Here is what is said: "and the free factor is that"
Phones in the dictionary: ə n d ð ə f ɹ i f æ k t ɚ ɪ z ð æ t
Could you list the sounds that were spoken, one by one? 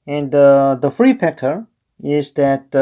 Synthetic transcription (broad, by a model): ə n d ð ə f ɹ i p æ k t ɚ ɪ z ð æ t